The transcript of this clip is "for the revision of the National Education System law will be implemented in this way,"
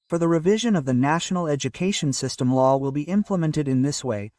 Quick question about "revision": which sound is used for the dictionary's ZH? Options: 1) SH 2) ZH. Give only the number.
2